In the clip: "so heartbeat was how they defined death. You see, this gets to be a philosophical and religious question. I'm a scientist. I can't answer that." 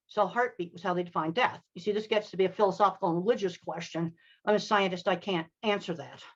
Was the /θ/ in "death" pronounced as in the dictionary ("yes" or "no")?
yes